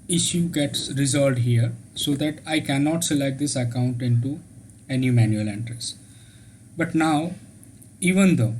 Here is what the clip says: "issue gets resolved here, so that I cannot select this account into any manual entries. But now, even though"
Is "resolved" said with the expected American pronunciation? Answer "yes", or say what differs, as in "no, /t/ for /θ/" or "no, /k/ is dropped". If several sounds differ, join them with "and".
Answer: no, /v/ is dropped